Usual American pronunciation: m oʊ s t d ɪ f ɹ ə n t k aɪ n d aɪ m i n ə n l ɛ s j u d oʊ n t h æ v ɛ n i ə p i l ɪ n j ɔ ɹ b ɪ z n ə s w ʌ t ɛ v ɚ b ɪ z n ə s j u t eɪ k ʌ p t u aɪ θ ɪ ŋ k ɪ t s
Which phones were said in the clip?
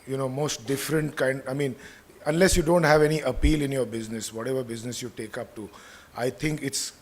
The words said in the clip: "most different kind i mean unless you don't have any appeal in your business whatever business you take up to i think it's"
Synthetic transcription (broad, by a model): m oʊ s t d ɪ f ɹ ə n t k aɪ n d aɪ m i n ə n l ɛ s j u d oʊ n t h æ v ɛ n i ə p i l ɪ n j ɔ ɹ b ɪ z n ə s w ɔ t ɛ v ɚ b ɪ z n ə s j u t eɪ k ʌ p t u aɪ t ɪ ŋ k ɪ t s